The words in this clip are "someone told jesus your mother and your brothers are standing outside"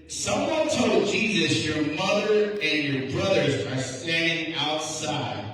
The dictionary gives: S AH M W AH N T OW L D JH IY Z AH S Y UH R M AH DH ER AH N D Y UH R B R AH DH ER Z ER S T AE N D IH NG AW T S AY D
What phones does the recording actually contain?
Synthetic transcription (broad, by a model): S AH M W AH N T OW L D JH IY Z AH S Y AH R M AH DH ER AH N Y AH R B R AH DH ER Z ER S T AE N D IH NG AW T S AY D